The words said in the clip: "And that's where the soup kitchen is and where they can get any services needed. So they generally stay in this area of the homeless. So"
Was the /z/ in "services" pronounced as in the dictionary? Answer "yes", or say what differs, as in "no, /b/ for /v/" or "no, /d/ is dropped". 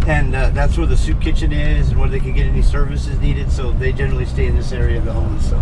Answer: yes